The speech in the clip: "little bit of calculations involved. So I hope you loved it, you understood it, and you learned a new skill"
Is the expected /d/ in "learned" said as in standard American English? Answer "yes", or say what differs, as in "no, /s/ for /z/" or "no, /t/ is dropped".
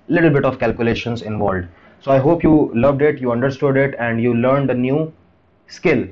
yes